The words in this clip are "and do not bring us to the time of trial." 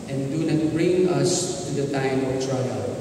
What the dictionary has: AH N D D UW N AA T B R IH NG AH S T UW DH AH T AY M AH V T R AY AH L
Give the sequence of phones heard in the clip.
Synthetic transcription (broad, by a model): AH N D D UW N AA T B R IH NG AH S T UW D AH T AY M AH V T R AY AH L